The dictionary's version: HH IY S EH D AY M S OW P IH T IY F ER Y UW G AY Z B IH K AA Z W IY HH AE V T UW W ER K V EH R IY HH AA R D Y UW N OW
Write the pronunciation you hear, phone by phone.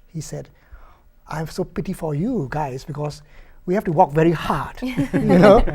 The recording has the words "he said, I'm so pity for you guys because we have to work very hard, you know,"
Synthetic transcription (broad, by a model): HH IY S EH D AY M S OW P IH T IY F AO Y UW G AY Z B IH K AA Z W IY HH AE F T UW W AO K V EH R IY HH AA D Y UW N OW